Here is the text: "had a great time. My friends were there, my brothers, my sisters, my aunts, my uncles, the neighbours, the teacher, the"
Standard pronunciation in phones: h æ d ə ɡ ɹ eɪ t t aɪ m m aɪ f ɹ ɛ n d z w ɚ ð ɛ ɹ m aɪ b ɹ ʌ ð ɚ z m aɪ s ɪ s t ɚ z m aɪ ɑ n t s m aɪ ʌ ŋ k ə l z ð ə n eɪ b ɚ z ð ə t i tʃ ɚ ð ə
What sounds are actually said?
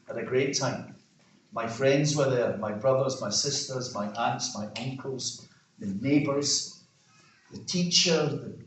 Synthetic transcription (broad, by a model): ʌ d ə ɡ ɹ eɪ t t aɪ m m aɪ f ɹ ɛ n d z w ɚ ð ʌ ɹ m aɪ b ɹ ʌ ð ɚ z m aɪ s ɪ s t ɚ z m aɪ ɑ n t s m aɪ ʌ ŋ k ə l z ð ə n eɪ b ɚ z ð ə t i tʃ ɚ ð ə